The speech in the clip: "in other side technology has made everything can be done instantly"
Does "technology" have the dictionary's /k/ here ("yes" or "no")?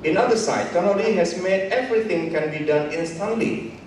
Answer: no